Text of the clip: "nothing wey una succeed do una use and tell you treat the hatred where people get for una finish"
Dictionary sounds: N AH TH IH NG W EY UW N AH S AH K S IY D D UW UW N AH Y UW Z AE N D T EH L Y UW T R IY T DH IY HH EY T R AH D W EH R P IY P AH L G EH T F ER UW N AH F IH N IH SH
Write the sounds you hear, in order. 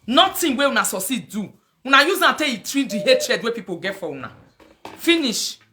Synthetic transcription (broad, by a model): N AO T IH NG W EY UW N AH S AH S IY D D UW UW N AH Y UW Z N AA T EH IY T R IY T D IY HH EY T R AH D W EH P IY P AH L G EH T F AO UW N AH F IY N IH SH